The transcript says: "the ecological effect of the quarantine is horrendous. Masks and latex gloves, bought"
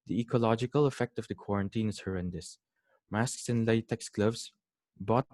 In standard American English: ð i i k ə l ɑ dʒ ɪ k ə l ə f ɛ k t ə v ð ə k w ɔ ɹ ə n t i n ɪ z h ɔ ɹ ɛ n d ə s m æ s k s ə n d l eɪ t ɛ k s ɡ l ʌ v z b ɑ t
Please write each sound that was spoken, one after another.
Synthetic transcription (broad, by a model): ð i i k ə l ɑ dʒ ɪ k ə l ə f ɛ k t ə v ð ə k w ɔ ɹ ə n t i n ɪ z h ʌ ɹ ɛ n d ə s m æ s k s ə n l eɪ t ɛ k s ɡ l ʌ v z b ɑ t